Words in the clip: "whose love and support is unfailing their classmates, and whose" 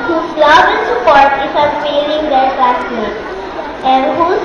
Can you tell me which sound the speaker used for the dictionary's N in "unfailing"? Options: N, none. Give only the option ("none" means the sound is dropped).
none